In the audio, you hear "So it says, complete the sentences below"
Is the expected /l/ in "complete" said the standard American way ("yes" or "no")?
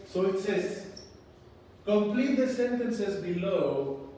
yes